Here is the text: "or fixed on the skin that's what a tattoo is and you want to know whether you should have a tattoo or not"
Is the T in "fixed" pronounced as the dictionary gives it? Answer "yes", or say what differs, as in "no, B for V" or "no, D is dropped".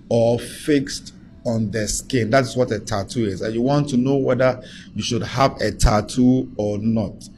yes